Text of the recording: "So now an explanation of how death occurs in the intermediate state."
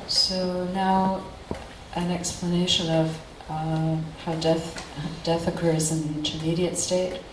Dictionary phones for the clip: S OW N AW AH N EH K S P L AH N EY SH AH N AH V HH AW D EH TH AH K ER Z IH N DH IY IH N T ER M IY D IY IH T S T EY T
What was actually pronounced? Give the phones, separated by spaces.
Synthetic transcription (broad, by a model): S OW N AW AH N EH K S P L AH N EY SH AH N AH V HH AW D EH TH AH K ER Z IH N DH IY IH N T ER M IY D IY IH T S T EY T